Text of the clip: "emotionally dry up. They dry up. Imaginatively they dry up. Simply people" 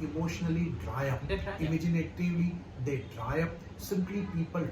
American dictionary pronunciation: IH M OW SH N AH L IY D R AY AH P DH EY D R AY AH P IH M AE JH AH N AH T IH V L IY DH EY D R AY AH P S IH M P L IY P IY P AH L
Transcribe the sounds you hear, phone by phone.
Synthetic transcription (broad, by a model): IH M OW SH N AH L IY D D R AY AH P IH M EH JH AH N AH T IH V IY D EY D R AY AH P S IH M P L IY P IY P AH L